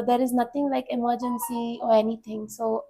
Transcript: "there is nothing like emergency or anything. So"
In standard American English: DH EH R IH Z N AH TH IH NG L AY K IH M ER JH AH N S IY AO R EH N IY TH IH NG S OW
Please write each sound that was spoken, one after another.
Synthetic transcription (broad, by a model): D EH R IH Z N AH T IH NG L AY K IH M ER JH AH N S IY AO R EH N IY T IH NG S OW